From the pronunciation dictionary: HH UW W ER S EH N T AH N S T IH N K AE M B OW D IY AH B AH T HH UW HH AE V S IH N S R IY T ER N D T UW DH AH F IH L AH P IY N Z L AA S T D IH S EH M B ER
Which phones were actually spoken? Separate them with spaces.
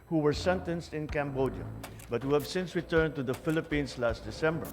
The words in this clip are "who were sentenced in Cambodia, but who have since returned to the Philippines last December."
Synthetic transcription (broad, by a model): HH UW W ER S EH N T AH N S T IH N K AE M B OW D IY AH B AH T HH UW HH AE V S IH N S R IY T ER N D T UW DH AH F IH L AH P IY N S L AA S T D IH S EH M B ER